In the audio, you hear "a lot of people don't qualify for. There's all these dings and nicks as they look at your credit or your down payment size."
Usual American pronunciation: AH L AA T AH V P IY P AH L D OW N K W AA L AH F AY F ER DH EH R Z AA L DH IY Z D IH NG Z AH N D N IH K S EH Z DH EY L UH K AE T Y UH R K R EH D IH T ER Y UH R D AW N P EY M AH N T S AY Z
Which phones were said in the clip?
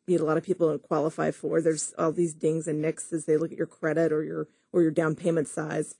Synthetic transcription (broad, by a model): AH L AA T AH V P IY P L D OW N K W AA L AH F AY F ER DH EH R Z AA L DH IY Z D IH NG Z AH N N IH K S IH Z DH EY L UH K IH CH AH R K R EH D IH T ER Y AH R D AW N P EY M AH N T S AY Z